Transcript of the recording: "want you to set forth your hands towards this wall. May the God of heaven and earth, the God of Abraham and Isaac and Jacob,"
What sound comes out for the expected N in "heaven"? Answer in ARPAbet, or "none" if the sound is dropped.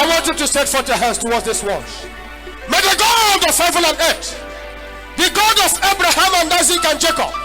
L